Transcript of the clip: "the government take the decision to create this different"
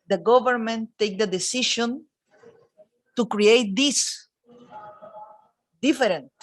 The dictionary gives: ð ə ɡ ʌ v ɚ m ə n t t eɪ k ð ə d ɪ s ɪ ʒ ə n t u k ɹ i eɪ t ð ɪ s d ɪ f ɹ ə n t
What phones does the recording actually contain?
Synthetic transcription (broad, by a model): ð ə ɡ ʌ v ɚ m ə n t t eɪ k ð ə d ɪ s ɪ ʃ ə n t u k ɹ i eɪ t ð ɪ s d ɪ f ɹ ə n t